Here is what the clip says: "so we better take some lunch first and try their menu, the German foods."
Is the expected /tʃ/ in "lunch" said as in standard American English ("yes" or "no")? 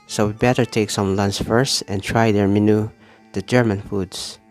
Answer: no